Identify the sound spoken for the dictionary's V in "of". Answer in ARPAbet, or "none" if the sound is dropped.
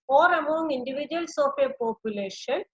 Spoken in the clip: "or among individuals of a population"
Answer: P